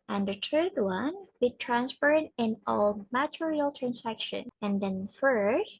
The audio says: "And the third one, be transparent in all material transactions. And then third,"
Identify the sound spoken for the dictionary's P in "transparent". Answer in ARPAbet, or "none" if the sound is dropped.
F